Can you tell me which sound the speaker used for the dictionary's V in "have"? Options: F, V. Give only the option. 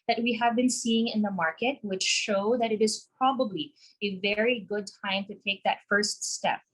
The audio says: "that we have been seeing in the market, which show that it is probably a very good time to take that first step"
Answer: V